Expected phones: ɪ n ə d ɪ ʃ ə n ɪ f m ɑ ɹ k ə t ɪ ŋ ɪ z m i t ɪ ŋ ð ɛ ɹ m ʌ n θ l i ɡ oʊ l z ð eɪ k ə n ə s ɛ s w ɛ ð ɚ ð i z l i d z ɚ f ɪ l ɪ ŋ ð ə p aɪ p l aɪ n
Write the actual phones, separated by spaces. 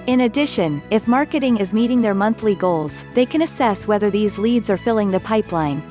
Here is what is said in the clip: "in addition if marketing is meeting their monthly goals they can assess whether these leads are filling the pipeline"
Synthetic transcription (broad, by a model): ɪ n ə d ɪ ʃ ə n ɪ f m ɑ ɹ k ə t ɪ ŋ ɪ z m i t ɪ ŋ ð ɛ ɹ m ʌ n θ l i ɡ oʊ l z ð eɪ k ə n ə s ɛ s w ɛ ð ɚ ð i z l i d z ɚ f ɪ l ɪ ŋ ð ə p aɪ p l aɪ n